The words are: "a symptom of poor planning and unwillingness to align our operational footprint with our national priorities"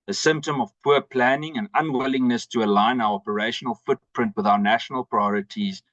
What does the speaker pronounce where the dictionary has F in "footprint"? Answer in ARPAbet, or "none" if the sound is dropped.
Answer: F